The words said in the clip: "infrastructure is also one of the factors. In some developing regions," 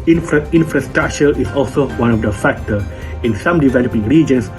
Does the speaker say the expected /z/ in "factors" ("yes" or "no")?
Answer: no